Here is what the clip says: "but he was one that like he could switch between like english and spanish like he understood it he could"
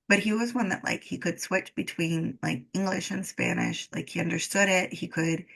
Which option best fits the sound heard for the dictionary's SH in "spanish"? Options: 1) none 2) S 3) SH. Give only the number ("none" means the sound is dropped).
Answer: 3